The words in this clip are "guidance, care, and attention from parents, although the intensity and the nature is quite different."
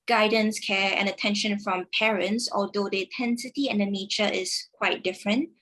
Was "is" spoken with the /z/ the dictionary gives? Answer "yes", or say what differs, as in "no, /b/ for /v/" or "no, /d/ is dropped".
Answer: no, /s/ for /z/